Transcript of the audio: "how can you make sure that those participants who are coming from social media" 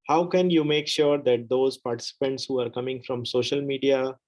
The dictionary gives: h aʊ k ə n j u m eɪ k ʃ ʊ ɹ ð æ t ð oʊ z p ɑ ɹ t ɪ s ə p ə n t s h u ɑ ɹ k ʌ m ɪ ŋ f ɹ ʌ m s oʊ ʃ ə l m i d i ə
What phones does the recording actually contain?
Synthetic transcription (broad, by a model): h aʊ k ə n j u m eɪ k ʃ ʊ ɹ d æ t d oʊ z p ɑ ɹ t ɪ s ə p ə n t s h u ɑ ɹ k ʌ m ɪ ŋ f ɹ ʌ m s oʊ ʃ ə l m i d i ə